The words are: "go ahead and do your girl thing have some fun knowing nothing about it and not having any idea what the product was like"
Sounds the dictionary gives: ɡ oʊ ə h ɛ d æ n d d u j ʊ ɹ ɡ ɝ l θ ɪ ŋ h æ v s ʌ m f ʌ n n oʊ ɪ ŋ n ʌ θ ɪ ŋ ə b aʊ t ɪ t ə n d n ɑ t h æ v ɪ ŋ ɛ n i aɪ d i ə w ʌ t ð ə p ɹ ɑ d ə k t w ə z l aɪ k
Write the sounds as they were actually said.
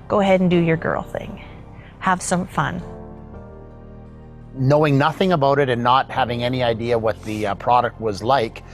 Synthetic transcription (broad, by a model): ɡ oʊ ə h ɛ d n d d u j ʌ ɹ ɡ ɝ l θ ɪ ŋ h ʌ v s ʌ m f ʌ n n oʊ ɪ ŋ n ʌ θ ɪ ŋ ə b aʊ t ɪ t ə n n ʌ t h æ v ɪ ŋ ɛ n i aɪ d i ə w ʌ t ð ə p ɹ ɑ d ə k t w ə z l aɪ k